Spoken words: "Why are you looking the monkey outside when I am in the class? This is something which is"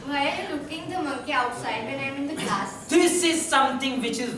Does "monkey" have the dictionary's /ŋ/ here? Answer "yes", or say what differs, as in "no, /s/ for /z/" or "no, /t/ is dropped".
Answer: no, /ŋ/ is dropped